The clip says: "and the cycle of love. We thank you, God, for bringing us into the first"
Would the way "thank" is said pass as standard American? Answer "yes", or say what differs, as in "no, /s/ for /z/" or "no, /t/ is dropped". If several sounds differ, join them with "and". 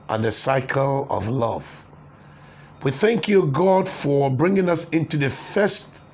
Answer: yes